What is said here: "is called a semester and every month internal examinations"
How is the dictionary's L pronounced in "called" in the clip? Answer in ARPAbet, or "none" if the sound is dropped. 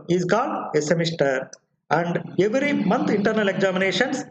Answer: none